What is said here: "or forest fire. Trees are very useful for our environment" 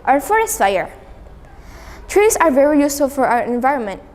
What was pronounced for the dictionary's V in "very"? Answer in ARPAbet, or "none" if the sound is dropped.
V